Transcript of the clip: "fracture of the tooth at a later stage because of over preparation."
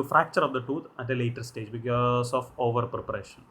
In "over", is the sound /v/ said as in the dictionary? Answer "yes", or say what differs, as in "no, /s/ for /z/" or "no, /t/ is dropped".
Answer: yes